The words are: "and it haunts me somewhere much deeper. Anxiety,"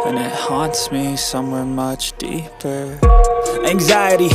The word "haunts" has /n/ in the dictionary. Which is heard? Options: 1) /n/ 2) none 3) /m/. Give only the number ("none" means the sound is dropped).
1